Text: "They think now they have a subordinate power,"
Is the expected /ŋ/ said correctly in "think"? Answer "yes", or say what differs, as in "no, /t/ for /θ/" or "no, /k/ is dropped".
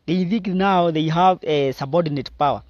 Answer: no, /ŋ/ is dropped